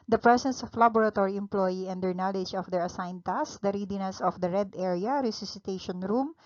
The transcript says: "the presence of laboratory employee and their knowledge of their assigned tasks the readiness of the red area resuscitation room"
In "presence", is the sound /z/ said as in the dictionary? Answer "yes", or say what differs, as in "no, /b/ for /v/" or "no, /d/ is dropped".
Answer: no, /s/ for /z/